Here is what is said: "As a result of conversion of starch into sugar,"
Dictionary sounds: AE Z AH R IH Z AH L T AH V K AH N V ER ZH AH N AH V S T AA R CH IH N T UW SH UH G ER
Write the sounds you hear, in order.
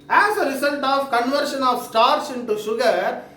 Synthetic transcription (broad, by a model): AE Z AH R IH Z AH L T AH V K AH N V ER SH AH N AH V S T AA R S IH N T UW SH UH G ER